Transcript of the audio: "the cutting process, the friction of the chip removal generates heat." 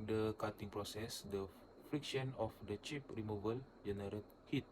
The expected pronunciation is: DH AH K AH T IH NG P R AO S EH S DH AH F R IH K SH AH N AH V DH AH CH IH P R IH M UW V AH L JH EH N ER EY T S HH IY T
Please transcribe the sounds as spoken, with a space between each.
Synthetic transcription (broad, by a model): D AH K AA T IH NG P R AO S EH S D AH F R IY K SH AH N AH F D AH CH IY P R IH M UW V AH L JH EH N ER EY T HH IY T